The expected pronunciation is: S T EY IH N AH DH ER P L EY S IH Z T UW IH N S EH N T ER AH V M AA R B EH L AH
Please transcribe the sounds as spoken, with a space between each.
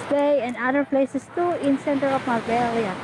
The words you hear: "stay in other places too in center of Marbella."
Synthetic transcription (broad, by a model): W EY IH N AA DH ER P L EY S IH S T UW IH N S EH N T ER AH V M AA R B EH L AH